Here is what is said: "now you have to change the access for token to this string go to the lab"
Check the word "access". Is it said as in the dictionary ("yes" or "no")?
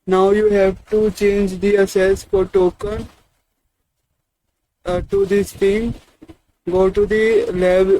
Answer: no